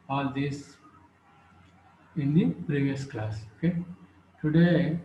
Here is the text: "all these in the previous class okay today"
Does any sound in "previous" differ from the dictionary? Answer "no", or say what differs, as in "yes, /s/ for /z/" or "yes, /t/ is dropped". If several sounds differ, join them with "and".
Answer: no